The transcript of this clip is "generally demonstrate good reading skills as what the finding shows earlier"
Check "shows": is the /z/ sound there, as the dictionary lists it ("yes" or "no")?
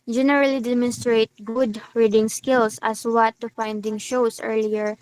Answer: no